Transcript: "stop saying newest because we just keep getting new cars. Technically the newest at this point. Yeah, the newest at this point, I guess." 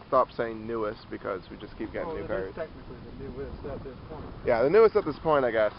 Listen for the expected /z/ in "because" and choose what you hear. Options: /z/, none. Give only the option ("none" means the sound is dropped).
/z/